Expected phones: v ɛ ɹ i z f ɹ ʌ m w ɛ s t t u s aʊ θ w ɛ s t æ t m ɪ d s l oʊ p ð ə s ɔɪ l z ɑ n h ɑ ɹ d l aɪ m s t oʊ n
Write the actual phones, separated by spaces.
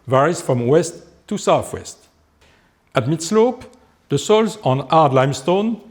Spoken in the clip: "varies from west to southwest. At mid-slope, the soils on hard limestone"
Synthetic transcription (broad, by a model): v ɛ ɹ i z f ɹ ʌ m w ɛ s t t u s aʊ θ w ɛ s t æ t m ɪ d s l oʊ p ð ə s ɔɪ l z ɑ n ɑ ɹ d l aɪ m s t oʊ n